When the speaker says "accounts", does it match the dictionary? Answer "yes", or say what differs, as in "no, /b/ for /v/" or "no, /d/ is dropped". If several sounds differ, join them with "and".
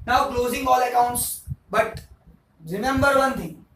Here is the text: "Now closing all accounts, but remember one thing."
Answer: yes